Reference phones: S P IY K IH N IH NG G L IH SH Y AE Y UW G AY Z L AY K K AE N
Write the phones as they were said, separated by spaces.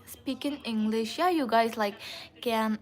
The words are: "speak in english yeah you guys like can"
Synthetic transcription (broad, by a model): S P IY K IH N IH NG G L IH SH Y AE Y UW G AY Z L AY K K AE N